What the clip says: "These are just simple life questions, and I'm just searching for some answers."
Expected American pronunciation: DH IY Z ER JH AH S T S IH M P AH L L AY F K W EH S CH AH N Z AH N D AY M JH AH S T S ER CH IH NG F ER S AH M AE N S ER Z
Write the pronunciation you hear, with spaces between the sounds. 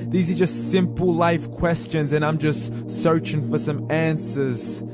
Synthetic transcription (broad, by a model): DH IY Z ER JH AH S T S IH M P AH L L AY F K W EH S CH AH N Z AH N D AY M JH AH S T S ER CH IH NG F ER S AH M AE N S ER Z